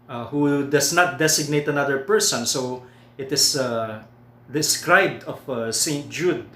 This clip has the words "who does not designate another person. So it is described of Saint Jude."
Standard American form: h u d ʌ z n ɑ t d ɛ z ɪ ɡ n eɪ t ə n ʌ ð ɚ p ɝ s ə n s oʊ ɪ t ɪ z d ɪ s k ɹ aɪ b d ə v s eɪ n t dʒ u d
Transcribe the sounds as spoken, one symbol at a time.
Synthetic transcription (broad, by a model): h u d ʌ s n ɑ t d ɛ s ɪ ɡ n eɪ t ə n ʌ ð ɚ p ɝ s ə n s oʊ ɪ t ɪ s d ɪ s k ɹ aɪ b d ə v s eɪ n t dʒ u d